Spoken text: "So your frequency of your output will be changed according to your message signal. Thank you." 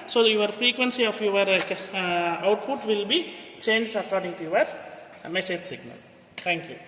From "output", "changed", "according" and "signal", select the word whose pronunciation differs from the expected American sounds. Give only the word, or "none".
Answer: changed